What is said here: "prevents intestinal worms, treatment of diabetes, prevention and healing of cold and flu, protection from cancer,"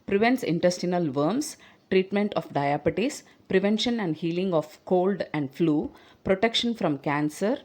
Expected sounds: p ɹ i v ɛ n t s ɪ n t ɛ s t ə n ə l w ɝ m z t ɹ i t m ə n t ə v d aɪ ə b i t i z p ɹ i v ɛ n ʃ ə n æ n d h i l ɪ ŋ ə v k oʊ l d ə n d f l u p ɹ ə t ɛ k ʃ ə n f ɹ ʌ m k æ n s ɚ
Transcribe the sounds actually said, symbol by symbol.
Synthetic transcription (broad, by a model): p ɹ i v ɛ n t s ɪ n t ɛ s t ə n ə l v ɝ m s t ɹ i t m ə n t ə f d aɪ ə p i t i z p ɹ i v ɛ n ʃ ə n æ n d h i l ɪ ŋ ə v k oʊ l d ə n d f l u p ɹ ə t ɛ k ʃ ə n f ɹ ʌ m k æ n s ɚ